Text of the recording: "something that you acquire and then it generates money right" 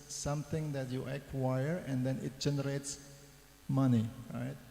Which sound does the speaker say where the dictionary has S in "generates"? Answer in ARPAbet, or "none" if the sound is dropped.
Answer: S